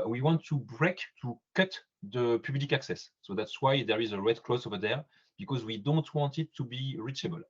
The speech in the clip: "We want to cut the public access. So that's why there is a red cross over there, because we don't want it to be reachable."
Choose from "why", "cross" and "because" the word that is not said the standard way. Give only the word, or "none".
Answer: cross